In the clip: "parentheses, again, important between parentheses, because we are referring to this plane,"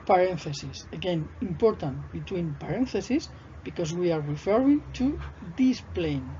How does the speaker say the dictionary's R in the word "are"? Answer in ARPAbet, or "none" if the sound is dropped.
R